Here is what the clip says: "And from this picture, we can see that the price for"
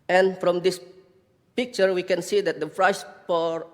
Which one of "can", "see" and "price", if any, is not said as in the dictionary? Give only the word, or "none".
price